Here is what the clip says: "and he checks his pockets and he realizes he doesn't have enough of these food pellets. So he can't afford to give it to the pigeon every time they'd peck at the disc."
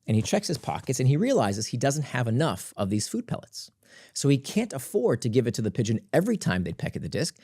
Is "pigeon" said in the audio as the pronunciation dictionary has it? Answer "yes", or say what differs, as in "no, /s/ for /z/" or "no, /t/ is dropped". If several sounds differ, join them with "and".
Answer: yes